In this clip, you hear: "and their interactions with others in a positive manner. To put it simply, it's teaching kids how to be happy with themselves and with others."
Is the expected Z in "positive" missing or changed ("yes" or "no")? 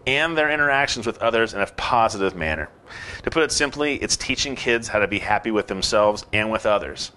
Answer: no